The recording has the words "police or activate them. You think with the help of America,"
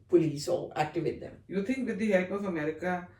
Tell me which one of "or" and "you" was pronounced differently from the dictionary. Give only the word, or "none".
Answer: or